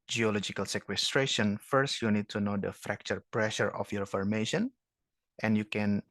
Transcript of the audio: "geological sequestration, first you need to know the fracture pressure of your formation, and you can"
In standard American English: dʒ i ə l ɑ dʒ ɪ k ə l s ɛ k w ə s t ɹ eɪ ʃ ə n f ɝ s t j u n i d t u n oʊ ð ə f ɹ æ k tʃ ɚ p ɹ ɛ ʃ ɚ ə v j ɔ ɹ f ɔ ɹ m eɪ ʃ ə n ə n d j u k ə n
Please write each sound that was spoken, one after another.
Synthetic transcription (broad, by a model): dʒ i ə l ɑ dʒ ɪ k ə l s ɛ k w ə s t ɹ eɪ ʃ ə n f ɝ s t j u n i d t u n oʊ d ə f ɹ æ k tʃ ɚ p ɹ ɛ ʃ ɚ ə f j ɔ ɹ f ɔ ɹ m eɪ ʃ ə n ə n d j u k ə n